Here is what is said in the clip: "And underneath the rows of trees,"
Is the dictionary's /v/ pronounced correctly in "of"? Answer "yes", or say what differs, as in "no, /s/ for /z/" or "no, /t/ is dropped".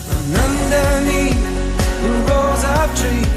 no, /p/ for /v/